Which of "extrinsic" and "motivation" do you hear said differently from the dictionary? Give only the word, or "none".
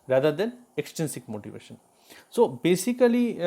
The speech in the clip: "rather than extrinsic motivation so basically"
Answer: extrinsic